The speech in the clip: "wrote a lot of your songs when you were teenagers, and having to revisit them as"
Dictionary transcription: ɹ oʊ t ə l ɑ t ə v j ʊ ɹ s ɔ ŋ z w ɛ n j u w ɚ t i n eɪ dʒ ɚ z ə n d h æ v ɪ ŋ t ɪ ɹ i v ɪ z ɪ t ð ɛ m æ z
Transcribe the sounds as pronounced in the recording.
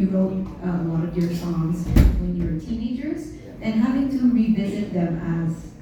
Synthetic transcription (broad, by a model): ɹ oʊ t ə l ɑ t ə v j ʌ ɹ s ɔ ŋ z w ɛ n j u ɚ t i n eɪ dʒ ɚ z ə n h æ v ɪ ŋ t ɪ ɹ i v ɪ z ɪ t ð ɛ m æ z